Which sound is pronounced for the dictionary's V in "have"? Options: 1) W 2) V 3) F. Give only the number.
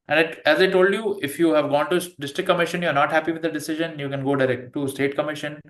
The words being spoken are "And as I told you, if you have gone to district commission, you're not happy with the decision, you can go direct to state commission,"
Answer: 2